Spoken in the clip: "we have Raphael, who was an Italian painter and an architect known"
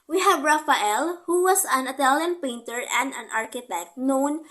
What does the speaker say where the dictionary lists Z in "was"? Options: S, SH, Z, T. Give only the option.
S